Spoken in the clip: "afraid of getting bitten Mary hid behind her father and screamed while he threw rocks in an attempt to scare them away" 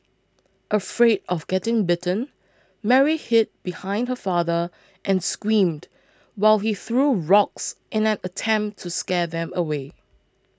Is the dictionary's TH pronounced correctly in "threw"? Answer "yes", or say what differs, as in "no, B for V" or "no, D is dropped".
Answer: yes